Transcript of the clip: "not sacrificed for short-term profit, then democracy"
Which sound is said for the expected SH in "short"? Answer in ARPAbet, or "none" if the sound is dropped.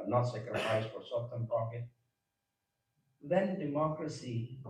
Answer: S